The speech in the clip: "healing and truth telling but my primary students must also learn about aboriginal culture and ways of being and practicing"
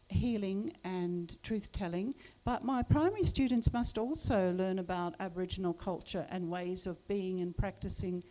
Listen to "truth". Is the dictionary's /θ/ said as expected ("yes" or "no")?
yes